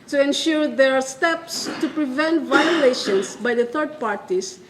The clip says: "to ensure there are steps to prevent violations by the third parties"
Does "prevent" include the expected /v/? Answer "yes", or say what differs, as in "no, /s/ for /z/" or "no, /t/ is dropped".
yes